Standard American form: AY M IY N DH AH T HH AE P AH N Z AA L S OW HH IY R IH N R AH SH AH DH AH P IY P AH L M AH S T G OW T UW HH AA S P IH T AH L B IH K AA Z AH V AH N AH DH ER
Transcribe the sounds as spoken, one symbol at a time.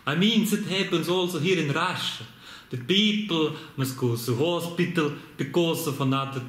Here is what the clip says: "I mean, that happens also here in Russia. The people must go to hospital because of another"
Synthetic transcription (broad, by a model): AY M IY N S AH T HH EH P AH N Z AA L S OW HH IY R IH N R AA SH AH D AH P IY P AH L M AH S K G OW S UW HH AA S P IH T AH L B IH K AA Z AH F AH N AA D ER